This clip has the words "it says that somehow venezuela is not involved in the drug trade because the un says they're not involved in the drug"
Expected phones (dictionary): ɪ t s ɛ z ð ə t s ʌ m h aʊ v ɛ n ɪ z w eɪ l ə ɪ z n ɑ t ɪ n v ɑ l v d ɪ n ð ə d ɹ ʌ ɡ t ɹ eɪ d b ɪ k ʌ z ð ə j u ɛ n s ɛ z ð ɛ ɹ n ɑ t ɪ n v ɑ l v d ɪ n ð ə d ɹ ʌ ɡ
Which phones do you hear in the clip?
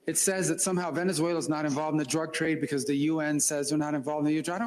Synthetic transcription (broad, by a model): ɪ t s ɛ z ð ə t s ʌ m h aʊ v ɛ n ɪ z w eɪ l ə z n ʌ t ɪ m v ɑ l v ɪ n ð ə d ɹ ʌ ɡ t ɹ eɪ d b ɪ k ʌ z ð ə j u ɛ n s ɛ z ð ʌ ɹ n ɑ t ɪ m v ɑ l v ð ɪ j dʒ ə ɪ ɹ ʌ